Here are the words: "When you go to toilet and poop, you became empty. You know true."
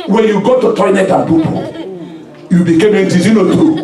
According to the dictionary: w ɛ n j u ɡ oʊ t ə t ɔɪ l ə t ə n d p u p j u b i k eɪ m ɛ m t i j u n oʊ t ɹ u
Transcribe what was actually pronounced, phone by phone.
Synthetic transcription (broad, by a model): w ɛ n j u ɡ oʊ t ə t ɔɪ n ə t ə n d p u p j u b i k eɪ m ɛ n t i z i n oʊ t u